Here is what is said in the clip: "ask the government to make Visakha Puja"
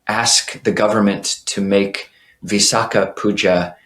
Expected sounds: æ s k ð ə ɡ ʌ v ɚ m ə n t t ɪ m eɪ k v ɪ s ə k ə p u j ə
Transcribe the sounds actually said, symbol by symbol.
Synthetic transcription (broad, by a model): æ s k ð ə ɡ ʌ v ɚ m ə n t t ɪ m eɪ k v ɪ s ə k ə p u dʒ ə